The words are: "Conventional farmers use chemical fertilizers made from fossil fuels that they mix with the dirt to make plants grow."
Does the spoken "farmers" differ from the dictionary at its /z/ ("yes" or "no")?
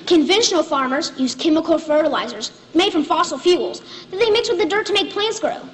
no